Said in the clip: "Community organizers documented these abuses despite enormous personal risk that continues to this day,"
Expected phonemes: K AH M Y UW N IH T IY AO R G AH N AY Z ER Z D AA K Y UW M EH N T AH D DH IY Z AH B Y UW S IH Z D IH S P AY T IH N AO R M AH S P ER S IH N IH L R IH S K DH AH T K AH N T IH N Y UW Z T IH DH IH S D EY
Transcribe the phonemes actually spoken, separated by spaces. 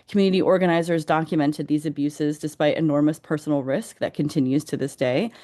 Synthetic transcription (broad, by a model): K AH M Y UW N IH T IY AO R G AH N AY Z ER Z D AA K Y UW M EH N T AH D DH IY Z AH B Y UW S IH Z D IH S P AY T IH N AO R M AH S P ER S N L R IH S K DH AH T K AH N T IH N Y UW Z T IH DH IH S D EY